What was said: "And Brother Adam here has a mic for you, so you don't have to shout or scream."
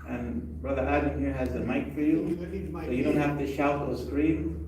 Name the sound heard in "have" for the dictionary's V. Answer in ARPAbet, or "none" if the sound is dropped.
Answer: F